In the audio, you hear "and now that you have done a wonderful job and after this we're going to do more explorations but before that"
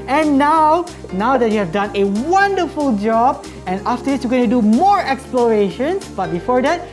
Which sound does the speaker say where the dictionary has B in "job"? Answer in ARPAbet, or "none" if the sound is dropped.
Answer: B